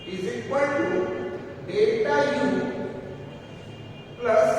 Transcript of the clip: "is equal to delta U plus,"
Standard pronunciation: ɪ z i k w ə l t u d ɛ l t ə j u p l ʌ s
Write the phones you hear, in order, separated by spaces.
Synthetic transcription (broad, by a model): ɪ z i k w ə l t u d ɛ t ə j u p l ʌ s